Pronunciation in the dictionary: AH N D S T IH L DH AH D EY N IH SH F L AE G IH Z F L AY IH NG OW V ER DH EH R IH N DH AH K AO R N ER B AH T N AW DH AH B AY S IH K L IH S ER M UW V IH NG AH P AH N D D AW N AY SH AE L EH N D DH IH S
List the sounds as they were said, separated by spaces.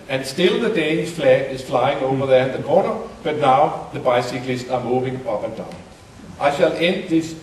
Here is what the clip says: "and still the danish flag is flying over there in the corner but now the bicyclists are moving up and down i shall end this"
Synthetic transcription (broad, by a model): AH N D S T IH L DH AH D EY IH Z F L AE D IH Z F L AY IH NG OW V ER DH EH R IH N DH AH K AO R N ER B AH T N AW DH AH B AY S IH K L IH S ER M UW V IH NG AH P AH N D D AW N AY SH AE L EH N D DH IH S